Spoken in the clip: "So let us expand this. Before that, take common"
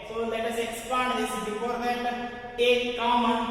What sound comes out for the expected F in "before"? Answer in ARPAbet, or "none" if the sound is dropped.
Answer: P